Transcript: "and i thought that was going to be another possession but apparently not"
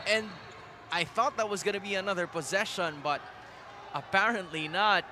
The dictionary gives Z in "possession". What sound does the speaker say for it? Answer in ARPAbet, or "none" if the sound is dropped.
Z